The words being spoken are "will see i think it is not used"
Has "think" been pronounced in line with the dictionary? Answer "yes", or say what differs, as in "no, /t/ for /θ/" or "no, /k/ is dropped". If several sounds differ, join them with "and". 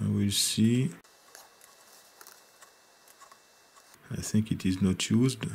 yes